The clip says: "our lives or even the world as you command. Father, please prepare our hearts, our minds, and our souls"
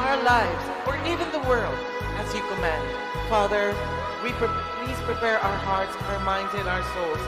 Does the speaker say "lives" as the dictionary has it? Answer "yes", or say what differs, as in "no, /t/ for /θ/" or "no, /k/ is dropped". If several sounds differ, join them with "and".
yes